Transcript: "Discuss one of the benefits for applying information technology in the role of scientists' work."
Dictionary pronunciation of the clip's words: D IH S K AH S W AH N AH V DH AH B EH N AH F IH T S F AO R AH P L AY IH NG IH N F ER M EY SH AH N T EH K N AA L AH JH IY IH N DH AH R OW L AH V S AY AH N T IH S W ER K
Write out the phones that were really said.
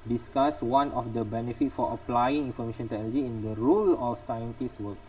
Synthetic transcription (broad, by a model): D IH S K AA S W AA N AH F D AH B EH N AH F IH T F AO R AH P L AY IH NG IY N F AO M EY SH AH N T EH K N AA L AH JH IY IH N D AH R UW L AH F S AY AH N T IH S W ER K